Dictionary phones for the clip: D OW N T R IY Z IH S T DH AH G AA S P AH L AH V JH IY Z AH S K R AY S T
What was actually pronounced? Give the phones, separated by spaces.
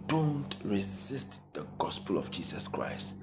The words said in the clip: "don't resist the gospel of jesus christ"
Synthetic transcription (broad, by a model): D OW N T R IY Z IH S T DH AH G AA S P AH L AH V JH IY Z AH S K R AY S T